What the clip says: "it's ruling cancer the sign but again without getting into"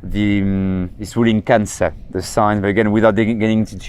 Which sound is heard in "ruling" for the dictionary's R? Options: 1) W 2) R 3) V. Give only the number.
1